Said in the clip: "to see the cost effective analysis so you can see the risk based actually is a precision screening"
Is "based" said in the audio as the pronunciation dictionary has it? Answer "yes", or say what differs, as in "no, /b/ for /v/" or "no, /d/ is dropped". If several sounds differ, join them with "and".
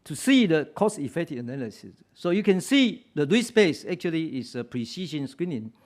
no, /t/ is dropped